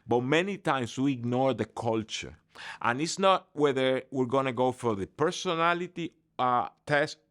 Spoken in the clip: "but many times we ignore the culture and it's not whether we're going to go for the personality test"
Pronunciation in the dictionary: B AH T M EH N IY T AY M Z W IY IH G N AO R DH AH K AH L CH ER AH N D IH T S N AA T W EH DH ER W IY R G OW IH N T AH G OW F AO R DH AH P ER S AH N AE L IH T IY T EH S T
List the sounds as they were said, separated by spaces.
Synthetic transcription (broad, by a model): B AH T M EH N IY T AY M S W IY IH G N AO R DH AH K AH L CH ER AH N IH T S N AA T W EH DH ER W IY R G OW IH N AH G OW F AO R DH AH P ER S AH N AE L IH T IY T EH S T